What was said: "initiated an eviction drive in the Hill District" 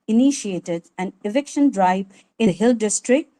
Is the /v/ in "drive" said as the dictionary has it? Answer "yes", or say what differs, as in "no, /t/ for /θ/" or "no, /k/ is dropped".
no, /v/ is dropped